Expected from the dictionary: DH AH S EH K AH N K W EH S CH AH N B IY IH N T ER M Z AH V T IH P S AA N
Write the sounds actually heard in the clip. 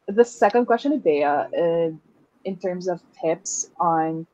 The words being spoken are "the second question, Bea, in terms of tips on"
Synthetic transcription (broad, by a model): DH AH S EH K AH N K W EH S CH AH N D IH IH N T ER M Z AH V T IH P S N